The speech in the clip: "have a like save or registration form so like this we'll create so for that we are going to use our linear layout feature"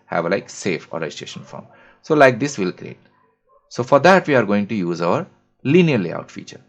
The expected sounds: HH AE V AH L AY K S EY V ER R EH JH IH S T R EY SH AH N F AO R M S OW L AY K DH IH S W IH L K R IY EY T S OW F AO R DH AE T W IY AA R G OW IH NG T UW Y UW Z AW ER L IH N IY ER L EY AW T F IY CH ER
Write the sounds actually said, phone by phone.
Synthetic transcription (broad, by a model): HH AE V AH L AY K S EY F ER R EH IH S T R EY SH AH N F AO R M S OW L AY K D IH S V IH L K R IY EY T S OW F AO R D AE T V IY AA R G OW IH NG T UW Y UW Z AW ER L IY N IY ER L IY AW T F IY CH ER